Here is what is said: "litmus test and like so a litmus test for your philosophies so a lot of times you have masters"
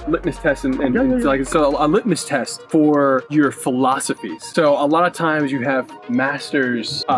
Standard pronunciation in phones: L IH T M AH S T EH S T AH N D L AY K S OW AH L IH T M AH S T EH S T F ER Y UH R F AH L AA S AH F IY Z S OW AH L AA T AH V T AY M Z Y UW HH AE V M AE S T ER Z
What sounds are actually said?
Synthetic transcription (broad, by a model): L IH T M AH S T EH S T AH N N L AY K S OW AH L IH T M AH S T EH S T F ER Y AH R F AH L AA S AH F IY Z S OW AH L AA T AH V T AY M Z Y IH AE V M AE S T ER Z